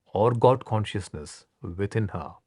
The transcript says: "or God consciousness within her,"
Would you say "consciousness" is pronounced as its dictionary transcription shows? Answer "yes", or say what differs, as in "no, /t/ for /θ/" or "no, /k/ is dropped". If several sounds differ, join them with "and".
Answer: yes